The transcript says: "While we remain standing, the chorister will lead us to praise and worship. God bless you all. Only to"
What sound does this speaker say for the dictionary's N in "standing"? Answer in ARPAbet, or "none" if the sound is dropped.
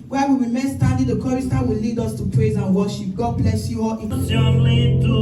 none